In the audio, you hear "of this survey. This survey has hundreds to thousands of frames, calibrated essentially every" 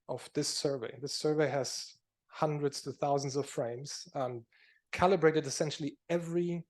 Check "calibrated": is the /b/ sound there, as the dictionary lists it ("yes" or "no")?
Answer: yes